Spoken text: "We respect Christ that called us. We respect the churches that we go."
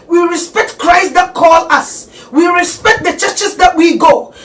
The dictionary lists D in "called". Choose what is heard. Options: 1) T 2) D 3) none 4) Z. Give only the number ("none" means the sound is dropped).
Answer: 3